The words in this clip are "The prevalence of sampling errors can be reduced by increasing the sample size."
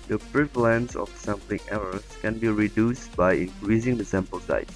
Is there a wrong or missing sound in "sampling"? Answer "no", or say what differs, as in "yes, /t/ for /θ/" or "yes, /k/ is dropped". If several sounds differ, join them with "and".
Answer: yes, /l/ is dropped